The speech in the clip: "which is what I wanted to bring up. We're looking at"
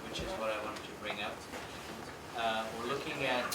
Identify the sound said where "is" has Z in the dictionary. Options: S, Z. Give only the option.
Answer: Z